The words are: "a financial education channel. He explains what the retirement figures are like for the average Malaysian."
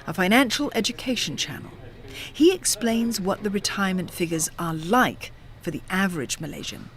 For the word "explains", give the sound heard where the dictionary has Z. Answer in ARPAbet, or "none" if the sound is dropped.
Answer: Z